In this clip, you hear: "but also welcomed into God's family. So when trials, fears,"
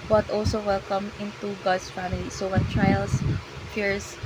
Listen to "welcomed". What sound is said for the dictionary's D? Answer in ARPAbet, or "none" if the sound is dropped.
none